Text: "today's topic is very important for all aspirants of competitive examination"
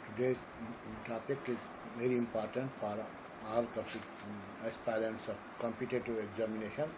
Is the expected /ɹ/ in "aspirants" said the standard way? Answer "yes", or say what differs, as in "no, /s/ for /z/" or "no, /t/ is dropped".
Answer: no, /l/ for /ɹ/